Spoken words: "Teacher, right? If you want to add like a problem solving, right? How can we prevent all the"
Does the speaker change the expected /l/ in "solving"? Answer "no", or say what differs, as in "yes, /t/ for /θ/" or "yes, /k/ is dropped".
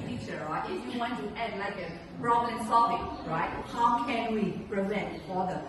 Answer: yes, /l/ is dropped